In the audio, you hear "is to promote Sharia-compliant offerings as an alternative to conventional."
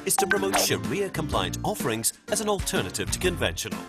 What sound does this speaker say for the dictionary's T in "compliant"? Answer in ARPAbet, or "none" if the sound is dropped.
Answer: T